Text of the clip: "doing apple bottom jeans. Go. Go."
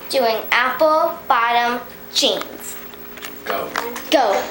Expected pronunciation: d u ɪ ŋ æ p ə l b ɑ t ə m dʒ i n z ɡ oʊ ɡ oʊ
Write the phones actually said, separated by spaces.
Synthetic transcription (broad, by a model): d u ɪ ŋ æ p ə l b ɑ t ə m tʃ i n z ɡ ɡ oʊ